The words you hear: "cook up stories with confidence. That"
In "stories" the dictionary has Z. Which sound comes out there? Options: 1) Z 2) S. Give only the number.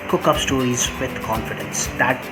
1